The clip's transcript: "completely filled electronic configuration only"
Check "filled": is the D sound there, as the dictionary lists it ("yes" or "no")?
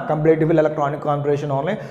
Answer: no